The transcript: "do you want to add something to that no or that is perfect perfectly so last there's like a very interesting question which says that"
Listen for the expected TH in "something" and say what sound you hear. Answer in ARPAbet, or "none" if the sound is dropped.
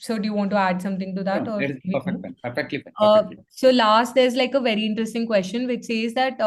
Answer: T